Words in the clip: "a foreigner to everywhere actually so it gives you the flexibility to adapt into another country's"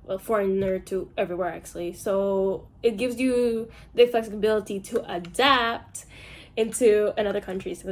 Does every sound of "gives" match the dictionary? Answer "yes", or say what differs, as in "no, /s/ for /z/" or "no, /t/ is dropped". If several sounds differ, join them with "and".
yes